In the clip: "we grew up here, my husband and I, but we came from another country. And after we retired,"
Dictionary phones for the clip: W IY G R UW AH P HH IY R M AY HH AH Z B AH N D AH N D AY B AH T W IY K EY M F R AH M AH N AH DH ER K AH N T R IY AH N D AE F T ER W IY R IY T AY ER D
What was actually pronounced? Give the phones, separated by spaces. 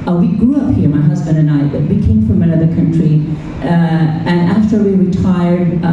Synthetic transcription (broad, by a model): W IY G R UW AH P HH IY R M AY HH AH Z B AH N D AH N AY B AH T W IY K EY M F R AH M AH N AH DH ER K AH N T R IY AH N AE F T ER W IY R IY T AY ER D